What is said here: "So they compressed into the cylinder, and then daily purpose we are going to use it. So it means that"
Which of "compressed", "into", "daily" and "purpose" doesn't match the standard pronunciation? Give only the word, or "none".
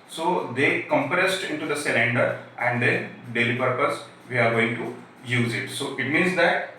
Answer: none